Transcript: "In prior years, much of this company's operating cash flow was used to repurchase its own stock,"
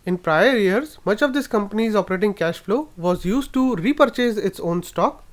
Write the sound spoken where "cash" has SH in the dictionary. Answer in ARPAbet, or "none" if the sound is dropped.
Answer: SH